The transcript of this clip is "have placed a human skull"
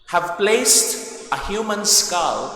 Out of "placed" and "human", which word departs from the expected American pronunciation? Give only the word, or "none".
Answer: none